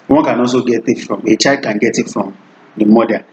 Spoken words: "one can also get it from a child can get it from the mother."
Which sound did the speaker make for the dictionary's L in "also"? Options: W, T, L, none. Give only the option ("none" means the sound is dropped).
none